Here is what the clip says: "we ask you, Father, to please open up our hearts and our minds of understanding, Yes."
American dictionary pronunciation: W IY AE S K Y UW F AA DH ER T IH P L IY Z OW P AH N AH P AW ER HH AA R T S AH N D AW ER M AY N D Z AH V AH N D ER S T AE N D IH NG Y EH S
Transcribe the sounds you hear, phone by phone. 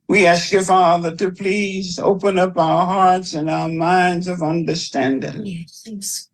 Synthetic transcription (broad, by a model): W IY AE S K Y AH F AA DH ER T IH P L IY Z OW P AH N AH P AW ER HH AA R T S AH N AW ER M AY N D Z AH V AH N D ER S T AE N D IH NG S